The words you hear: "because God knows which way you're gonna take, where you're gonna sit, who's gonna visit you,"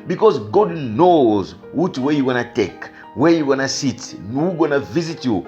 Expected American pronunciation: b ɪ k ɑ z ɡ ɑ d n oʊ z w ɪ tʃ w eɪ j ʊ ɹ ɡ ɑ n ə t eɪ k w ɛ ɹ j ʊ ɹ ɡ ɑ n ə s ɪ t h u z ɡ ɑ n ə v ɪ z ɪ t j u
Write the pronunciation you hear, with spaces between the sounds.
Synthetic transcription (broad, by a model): b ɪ k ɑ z ɡ ɑ d n oʊ z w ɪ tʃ w eɪ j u ɡ ɑ n ə t eɪ k w ɛ ɹ j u ɡ ɑ n ə s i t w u ɡ ɑ n ə v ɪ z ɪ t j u